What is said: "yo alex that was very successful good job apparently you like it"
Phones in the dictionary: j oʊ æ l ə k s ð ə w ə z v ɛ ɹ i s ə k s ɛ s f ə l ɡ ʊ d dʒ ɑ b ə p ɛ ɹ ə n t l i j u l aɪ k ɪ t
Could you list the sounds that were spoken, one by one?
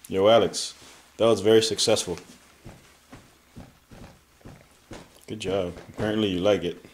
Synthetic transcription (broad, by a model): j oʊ æ l ə k s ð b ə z v ɛ ɹ i s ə k s ɛ s f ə l ɡ ʊ d dʒ ɑ b ə p ɛ ɹ ə n t l i j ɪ l aɪ k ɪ t